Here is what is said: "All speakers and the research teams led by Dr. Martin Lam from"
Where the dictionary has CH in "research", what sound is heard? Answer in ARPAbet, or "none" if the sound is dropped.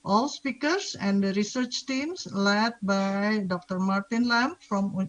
CH